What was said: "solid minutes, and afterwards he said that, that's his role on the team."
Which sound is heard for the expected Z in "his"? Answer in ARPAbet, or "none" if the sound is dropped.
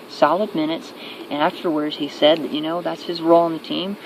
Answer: Z